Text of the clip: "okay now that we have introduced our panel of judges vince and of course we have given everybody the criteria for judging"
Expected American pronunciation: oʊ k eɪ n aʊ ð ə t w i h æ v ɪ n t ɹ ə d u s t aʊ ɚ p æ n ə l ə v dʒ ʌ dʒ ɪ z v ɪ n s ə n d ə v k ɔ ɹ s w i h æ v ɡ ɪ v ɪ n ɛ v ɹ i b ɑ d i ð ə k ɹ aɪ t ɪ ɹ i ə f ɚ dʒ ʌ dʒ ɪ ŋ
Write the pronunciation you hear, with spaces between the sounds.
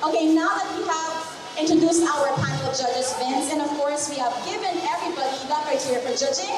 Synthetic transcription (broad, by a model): oʊ k eɪ n aʊ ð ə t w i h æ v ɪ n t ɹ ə d u s t aʊ ɚ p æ ə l ə v dʒ ʌ dʒ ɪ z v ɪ n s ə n ə v k ɔ ɹ s w i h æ v ɡ ɪ v ɪ n ɛ v ɹ i b ɑ d i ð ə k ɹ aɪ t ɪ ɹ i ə f ɚ dʒ ʌ dʒ ɪ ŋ